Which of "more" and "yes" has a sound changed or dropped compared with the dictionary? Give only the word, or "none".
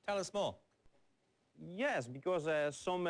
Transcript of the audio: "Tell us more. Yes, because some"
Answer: more